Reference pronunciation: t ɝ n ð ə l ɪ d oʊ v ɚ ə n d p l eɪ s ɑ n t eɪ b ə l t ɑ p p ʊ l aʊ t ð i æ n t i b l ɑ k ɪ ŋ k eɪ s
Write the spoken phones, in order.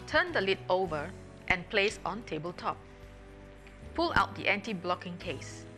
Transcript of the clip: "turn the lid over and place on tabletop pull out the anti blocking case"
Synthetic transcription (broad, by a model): t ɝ n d ə l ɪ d oʊ v ɚ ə n p l eɪ s ɑ n t eɪ b ə l t ɑ p p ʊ l aʊ t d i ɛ n t i b l ɑ k ɪ ŋ k eɪ s